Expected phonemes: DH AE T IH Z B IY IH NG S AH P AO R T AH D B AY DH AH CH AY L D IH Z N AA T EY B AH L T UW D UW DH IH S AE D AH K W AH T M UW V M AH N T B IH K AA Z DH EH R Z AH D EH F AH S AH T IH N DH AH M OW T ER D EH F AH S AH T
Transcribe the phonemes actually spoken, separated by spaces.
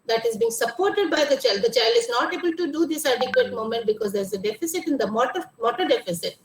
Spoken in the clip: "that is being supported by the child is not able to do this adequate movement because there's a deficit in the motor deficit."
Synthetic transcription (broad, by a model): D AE T IH Z B IY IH NG S AH P AO R T AH D B AY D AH CH AY L D IH Z N AA T EY B AH L T UW D UW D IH S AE D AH K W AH T M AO M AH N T B IH K AA Z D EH R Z AH D EH F AH S AH T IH N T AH M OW T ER D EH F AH S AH T